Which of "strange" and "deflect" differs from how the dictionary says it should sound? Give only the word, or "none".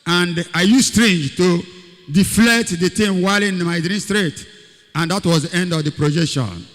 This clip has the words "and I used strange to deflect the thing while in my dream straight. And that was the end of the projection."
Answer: deflect